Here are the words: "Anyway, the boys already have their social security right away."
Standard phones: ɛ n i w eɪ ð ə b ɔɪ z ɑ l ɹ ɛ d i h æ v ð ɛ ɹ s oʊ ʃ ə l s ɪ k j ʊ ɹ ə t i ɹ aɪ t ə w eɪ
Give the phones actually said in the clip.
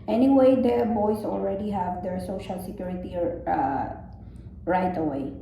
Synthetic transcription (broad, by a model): ɛ n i w eɪ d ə b ɔɪ s ɑ l ɹ ɛ d i h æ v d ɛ ɹ s oʊ ʃ ə l s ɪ k j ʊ ɹ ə t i ɹ aɪ t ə w eɪ